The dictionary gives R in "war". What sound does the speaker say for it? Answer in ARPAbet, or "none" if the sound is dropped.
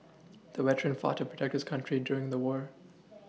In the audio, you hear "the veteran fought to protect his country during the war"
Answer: R